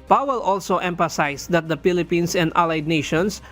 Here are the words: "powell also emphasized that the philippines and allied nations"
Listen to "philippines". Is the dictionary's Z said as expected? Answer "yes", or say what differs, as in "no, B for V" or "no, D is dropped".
no, S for Z